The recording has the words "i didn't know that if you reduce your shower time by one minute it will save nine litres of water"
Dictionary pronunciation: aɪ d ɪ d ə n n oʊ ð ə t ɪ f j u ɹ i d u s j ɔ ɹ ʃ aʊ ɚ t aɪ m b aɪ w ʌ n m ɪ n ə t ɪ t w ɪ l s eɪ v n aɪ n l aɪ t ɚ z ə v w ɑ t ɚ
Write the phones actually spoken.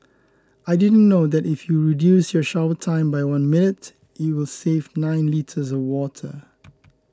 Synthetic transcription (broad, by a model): aɪ d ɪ d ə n n oʊ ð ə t ɪ f j u ɹ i d u s j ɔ ʃ aʊ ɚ t aɪ m b aɪ w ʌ n m ɪ n ə t ɪ t w ɪ l s eɪ v n aɪ n l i t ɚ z ə v w ɑ t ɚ